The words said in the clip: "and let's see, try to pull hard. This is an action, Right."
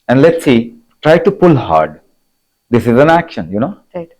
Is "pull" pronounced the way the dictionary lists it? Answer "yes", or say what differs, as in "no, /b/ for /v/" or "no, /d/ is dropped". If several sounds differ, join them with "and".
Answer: yes